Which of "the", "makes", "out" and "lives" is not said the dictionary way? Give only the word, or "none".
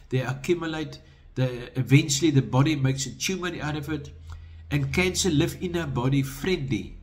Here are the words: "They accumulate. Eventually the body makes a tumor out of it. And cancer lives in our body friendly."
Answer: lives